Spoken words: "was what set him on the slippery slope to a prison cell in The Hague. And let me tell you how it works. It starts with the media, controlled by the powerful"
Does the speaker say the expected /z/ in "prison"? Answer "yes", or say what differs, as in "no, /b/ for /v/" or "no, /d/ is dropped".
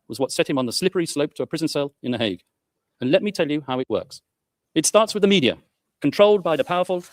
yes